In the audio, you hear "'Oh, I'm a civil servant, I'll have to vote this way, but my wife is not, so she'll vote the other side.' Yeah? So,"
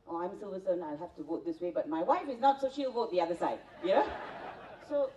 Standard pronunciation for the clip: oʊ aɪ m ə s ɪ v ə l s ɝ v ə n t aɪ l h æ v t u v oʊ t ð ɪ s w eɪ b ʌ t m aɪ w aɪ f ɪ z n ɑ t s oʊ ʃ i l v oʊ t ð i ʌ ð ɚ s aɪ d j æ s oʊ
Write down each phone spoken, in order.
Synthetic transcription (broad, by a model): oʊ aɪ m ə s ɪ v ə s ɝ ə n aɪ l h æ f t u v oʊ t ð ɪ s w eɪ b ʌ t m aɪ w aɪ f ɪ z n ɑ t s oʊ ʃ i l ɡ oʊ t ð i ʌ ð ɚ s aɪ d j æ s oʊ